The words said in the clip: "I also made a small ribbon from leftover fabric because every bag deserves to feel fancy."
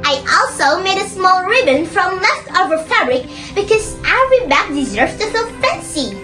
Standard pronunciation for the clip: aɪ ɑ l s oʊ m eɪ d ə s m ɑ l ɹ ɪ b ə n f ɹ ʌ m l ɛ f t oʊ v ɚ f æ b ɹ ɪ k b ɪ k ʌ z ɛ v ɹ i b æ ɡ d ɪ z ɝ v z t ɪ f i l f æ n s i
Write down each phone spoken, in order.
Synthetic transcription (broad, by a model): aɪ ɑ l s oʊ m eɪ d ə s m ɑ l ɹ ɪ b ə n f ɹ ʌ m l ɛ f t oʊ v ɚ f æ b ɹ ɪ k b ɪ k ʌ z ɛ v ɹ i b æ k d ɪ z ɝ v t ɪ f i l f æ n s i